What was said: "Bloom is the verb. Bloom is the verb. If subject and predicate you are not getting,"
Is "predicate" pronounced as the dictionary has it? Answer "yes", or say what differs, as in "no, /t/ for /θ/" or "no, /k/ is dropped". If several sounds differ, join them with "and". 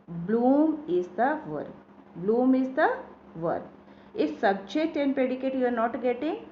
no, /ɹ/ is dropped